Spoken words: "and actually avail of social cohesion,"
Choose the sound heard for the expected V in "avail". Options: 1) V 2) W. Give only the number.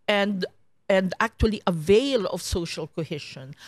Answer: 1